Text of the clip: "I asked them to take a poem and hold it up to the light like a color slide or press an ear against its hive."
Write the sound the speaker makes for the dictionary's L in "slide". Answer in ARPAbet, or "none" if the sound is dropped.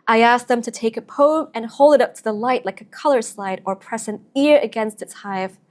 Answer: L